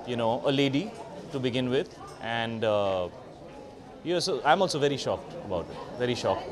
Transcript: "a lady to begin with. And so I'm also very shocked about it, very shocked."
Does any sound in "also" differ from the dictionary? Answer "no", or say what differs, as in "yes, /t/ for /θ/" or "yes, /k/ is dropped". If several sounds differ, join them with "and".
no